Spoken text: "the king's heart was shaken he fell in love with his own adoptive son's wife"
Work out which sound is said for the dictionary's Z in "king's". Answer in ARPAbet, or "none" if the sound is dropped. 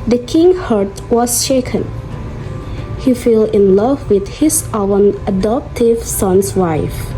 none